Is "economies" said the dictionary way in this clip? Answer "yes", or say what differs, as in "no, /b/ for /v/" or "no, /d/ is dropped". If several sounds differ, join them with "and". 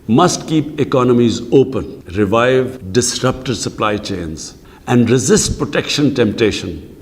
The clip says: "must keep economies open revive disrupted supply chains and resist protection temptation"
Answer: yes